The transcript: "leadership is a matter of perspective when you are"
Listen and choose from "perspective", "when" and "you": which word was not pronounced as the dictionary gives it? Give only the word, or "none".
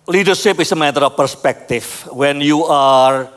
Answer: perspective